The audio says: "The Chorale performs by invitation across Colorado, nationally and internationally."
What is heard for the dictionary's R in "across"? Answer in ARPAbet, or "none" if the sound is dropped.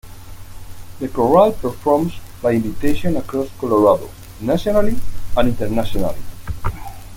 R